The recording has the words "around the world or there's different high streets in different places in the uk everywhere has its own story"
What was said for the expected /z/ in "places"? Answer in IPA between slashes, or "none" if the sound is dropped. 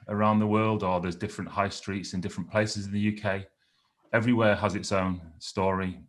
/z/